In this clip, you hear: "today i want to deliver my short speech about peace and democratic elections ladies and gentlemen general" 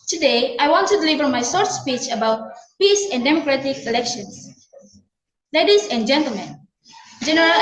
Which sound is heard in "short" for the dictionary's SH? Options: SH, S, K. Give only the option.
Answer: S